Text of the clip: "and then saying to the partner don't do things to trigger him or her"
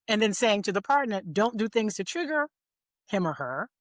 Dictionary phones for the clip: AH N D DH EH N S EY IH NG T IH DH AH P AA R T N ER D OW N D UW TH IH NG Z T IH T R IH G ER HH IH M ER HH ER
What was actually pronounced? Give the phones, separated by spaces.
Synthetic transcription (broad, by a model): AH N DH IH N S EY IH NG T IH DH AH P AA R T N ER D OW N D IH TH IH NG Z T IH T R IH G ER HH IH M ER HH ER